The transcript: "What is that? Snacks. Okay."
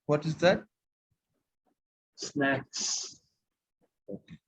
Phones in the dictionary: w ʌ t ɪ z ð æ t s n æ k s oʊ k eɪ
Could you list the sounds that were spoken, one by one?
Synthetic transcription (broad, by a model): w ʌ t ɪ z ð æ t s n æ k s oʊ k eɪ